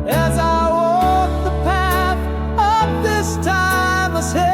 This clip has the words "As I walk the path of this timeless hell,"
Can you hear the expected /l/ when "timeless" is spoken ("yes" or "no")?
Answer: no